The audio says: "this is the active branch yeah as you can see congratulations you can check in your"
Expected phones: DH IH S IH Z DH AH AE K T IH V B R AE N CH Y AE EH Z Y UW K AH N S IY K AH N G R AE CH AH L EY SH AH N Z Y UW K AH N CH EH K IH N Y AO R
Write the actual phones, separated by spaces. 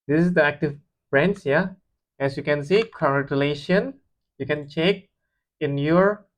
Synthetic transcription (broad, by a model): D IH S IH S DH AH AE K T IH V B R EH N S Y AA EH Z Y UW K AH N S IY K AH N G R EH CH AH L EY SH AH N Y UW K AH N CH EH K IH N Y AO R